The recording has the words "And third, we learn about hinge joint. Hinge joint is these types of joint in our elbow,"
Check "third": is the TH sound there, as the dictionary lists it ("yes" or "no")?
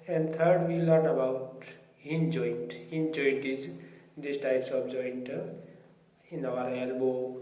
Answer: no